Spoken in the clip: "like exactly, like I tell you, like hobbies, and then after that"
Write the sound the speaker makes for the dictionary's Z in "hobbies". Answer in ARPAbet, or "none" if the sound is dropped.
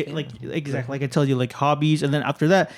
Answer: Z